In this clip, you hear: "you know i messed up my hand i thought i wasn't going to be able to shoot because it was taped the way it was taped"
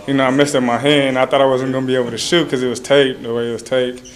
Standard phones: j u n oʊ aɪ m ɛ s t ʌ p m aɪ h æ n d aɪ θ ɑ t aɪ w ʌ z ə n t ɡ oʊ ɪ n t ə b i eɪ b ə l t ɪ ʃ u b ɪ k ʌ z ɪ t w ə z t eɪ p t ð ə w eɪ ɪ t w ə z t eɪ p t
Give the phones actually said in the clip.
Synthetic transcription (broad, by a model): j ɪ n oʊ aɪ m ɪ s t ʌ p m aɪ h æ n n aɪ θ ɑ t aɪ w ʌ z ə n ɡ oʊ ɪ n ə b i eɪ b l t ɪ ʃ u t k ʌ z ɪ t w ə z t eɪ t ð ə w eɪ ɪ t w ə z t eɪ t